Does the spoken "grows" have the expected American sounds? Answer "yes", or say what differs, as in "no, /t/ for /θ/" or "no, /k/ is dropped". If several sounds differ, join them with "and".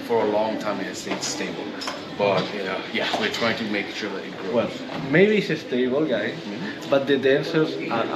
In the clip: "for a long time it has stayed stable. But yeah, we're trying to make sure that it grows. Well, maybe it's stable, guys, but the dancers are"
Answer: no, /z/ is dropped